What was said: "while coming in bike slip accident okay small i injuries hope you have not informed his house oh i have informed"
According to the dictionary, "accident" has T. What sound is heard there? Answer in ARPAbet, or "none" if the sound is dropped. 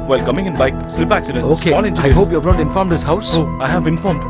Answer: none